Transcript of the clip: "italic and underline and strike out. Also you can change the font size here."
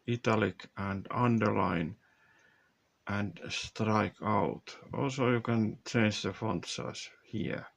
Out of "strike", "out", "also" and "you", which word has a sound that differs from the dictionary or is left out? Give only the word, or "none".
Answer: none